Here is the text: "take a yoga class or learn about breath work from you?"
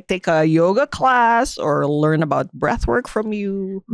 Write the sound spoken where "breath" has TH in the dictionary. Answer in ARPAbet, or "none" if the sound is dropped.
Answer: TH